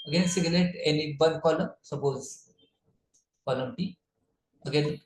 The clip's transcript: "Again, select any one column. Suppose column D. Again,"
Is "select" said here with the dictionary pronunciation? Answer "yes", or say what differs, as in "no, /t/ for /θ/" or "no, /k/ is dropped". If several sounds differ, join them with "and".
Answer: no, /k/ is dropped